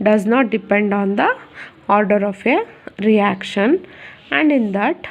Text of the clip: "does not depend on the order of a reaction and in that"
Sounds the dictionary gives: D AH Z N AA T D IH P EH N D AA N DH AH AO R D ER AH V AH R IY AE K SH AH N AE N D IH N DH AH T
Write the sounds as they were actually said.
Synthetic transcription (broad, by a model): D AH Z N AA T D IH P EH N D AA N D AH AO R D ER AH F AH R IY AE K SH AH N AE N D IH N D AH T